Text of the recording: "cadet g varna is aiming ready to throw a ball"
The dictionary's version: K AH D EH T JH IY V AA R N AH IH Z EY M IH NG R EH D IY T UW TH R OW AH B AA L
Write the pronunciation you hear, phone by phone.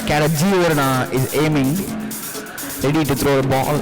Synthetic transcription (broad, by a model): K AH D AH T JH IY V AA R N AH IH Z EY M IH NG R EH D IY T UW T R OW AH B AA L